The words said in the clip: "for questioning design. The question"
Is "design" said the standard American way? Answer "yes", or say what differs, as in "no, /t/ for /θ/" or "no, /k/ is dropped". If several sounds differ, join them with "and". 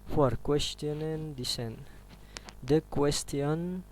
no, /s/ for /z/